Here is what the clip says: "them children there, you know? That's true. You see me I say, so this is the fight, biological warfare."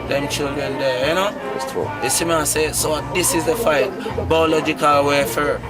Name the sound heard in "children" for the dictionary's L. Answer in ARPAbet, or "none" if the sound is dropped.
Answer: L